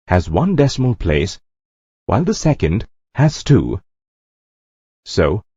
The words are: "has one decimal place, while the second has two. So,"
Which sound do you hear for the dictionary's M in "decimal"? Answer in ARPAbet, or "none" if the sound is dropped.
M